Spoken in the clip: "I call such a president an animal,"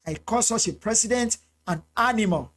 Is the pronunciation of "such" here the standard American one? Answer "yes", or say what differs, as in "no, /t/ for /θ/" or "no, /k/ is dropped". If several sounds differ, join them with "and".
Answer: no, /s/ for /tʃ/